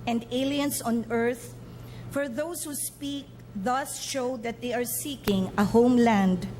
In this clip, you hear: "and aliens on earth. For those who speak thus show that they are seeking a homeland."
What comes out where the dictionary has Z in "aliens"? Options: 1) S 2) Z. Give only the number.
1